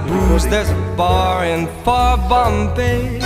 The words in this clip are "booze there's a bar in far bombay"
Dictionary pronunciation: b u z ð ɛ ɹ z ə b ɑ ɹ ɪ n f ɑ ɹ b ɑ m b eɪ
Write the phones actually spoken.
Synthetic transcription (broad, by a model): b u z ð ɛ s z b ɑ ɹ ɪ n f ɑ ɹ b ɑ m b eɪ